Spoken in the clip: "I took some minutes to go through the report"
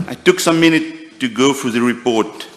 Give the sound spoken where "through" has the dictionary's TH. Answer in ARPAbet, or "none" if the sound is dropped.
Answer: F